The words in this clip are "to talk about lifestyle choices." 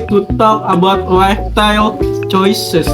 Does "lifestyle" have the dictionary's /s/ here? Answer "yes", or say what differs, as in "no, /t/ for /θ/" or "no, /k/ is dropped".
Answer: no, /s/ is dropped